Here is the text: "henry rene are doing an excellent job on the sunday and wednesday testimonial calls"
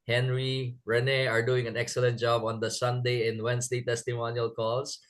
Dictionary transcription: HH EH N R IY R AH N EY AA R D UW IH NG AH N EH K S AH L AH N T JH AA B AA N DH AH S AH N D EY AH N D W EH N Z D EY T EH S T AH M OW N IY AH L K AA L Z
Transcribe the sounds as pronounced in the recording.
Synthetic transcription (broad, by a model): HH EH N R IY R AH N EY AA R D UW IH NG AH N EH K S AH L AH N T JH AA B AA N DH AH S AH N D EY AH N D W EH N S D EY T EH S T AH M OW N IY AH L K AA L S